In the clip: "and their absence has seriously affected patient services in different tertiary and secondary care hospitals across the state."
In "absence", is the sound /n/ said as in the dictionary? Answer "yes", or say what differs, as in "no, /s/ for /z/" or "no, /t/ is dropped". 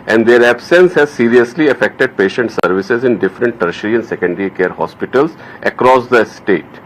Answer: yes